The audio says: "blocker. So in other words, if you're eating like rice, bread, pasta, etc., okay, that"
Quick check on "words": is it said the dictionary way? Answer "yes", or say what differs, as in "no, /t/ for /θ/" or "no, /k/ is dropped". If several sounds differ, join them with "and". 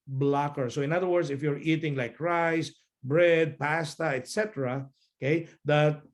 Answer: no, /s/ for /z/